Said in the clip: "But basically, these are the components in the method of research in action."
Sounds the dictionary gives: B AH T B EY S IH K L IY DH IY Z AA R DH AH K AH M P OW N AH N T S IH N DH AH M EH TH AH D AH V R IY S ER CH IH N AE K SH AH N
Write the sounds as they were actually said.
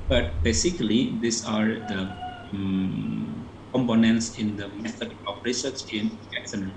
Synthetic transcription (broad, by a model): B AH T B EY S IH K L IY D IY S AA R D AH K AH M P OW N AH N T S IH N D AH M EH S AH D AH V R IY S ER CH IH N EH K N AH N